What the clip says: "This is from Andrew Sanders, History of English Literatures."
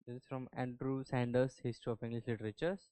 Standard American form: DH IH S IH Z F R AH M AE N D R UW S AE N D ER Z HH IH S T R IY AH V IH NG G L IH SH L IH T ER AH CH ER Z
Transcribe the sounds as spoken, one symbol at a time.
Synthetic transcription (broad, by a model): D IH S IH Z F R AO M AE N D R UW S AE N D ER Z HH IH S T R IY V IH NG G L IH S L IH T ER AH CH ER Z